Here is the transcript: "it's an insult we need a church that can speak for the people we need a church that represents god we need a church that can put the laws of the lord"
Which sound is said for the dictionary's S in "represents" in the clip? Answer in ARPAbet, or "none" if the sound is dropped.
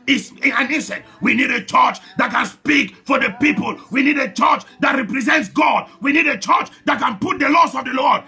S